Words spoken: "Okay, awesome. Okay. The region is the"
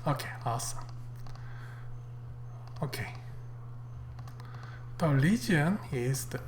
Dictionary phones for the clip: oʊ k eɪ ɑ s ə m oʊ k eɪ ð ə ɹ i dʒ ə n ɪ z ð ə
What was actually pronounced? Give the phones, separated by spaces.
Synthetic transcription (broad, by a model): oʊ k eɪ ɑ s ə oʊ k eɪ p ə l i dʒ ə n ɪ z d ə